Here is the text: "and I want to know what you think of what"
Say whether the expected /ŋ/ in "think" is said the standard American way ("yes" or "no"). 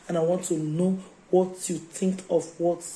yes